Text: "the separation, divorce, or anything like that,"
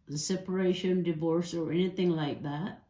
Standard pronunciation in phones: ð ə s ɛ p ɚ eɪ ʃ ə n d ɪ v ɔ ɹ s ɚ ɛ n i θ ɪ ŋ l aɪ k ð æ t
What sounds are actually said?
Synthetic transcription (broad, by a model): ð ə s ɛ p ɚ eɪ ʃ ə n d ɪ v ɔ ɹ s ɚ ɛ n i θ ɪ ŋ l aɪ k ð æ t